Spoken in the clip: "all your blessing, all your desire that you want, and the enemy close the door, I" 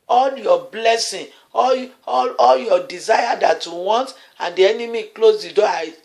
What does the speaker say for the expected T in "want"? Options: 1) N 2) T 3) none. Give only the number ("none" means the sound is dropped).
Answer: 2